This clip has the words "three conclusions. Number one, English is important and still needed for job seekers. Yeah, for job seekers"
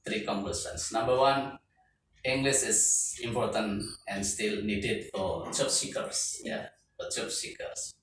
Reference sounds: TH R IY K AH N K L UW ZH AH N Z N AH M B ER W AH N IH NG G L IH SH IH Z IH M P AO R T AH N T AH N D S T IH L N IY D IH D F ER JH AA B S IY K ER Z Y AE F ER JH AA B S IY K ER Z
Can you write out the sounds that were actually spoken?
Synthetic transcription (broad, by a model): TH R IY K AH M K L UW S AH N S N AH M B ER W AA N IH NG G L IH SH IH S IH M P AO R T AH N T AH N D S T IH L N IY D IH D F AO CH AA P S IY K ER S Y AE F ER CH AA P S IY K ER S